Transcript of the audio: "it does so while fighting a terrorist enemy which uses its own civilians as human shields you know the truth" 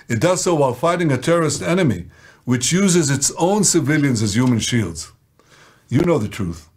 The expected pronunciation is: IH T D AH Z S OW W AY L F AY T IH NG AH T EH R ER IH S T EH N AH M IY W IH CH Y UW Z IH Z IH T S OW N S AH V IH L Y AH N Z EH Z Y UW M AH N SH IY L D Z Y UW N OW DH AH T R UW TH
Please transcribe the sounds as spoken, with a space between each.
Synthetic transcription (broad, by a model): IH T D AH Z S OW W AY L F AY T IH NG AH T EH R ER IH S T EH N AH M IY W IH CH Y UW Z IH Z IH T S OW N S AH V IH L Y AH N Z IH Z Y UW M AH N SH IY L D Z Y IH N OW DH AH T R UW TH